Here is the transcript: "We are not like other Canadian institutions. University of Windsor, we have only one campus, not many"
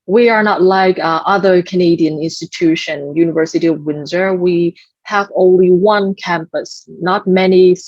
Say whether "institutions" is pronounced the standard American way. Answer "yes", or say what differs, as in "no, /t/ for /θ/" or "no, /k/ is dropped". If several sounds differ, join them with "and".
no, /z/ is dropped